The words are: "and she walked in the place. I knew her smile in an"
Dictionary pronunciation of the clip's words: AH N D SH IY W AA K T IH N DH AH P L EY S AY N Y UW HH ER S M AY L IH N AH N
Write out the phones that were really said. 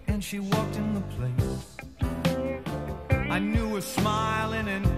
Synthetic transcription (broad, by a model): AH N SH IY W AA K T IH N DH AH P L EY S AY N Y UW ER S M AY L IH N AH N